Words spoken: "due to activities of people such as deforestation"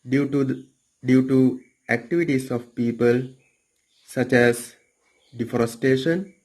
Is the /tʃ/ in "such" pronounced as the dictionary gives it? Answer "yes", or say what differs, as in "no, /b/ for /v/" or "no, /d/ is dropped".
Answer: yes